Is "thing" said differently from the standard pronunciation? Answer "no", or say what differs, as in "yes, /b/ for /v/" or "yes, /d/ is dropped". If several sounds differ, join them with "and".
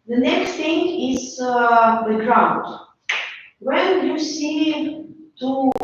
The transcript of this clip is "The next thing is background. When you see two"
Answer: yes, /t/ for /θ/